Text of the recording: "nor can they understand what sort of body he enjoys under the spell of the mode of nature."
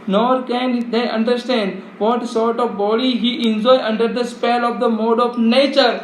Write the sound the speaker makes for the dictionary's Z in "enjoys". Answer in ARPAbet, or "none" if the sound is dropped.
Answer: none